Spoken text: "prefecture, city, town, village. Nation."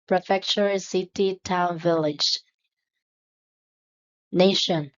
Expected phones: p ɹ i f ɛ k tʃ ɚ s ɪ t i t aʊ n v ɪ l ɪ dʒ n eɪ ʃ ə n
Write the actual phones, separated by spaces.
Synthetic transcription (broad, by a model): p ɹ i f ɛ k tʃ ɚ s ɪ t i t aʊ n v ɪ l ɪ dʒ n eɪ ʃ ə n